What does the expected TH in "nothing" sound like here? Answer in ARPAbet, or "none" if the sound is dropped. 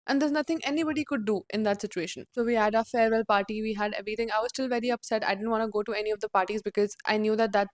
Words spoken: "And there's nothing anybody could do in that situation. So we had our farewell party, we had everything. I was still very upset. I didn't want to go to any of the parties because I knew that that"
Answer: T